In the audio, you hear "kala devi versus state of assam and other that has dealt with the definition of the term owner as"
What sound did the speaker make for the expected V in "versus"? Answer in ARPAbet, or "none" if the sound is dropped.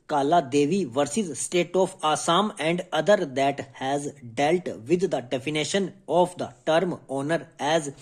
V